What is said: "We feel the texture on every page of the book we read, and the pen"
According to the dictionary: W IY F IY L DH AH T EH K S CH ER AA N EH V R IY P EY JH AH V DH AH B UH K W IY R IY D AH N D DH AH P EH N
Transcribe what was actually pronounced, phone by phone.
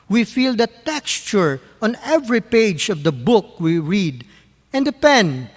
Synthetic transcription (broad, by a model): W IY F IY L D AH T EH K S CH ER AA N EH V R IY P EY JH AH V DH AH B UH K W IY R IY D AH N D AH P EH N